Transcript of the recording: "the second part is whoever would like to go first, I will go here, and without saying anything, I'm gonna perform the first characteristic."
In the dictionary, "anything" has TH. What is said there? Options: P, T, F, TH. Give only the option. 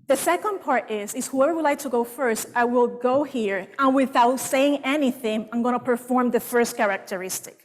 TH